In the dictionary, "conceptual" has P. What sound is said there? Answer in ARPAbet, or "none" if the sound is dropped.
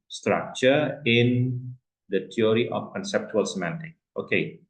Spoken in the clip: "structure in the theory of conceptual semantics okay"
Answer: P